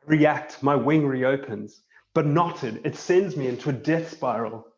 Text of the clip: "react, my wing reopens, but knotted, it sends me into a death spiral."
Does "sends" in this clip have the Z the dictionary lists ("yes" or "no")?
yes